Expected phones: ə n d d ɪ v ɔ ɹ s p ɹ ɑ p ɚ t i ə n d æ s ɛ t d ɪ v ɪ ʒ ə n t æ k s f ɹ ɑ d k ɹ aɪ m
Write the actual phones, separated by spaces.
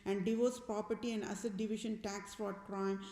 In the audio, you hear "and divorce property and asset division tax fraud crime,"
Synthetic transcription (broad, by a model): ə n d d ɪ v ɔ s p ɹ ɑ p ɚ t i ə n d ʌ s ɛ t d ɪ v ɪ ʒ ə n t æ k s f ɑ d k ɹ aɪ m